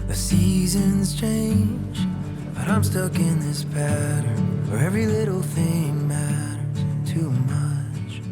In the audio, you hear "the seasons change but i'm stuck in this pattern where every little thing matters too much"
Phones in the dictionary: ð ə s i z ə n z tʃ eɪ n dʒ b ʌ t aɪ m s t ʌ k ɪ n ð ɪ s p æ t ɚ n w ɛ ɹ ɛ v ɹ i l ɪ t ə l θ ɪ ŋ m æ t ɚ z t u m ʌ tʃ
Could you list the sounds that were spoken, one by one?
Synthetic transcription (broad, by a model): ð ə s i z ə n z tʃ eɪ n dʒ b ʌ t aɪ m s t ʌ k ɪ n ð ɪ s p æ t ɚ n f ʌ ɹ ɛ v ɹ i l ɪ t l θ ɪ ŋ m æ t ɚ z t u m ʌ tʃ